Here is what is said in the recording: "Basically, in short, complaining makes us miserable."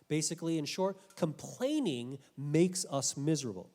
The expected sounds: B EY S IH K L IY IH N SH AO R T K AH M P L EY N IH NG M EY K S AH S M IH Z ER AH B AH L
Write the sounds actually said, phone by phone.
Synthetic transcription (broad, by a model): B EY S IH K L IY IH N SH AO R T K AH M P L EY N IH NG M EY K S AH S M IH Z ER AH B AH L